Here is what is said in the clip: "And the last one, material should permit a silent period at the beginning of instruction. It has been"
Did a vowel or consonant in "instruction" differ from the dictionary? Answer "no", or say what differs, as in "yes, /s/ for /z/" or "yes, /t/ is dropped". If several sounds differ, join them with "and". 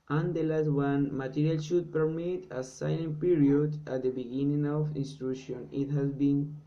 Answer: yes, /k/ is dropped